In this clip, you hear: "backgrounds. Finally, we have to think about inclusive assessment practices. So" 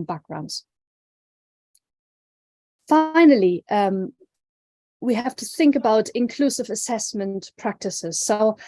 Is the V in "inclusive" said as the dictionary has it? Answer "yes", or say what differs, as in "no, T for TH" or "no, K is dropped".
yes